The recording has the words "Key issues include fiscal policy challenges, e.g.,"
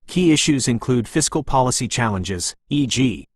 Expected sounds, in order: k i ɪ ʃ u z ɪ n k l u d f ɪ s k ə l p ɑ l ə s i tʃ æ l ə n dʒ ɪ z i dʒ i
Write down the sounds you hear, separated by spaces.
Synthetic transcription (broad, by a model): k i ɪ ʃ u z ɪ n k l u d f ɪ s k ə l p ɑ l ə s i tʃ æ l ə n dʒ ɪ z i dʒ i